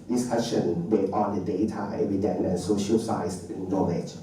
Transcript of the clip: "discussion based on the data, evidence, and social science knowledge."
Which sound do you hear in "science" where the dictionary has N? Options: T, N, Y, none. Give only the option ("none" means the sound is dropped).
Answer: none